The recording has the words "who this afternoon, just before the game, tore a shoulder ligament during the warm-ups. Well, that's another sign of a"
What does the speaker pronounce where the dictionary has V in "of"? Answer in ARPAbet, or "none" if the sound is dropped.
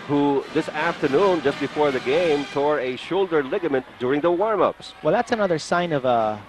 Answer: V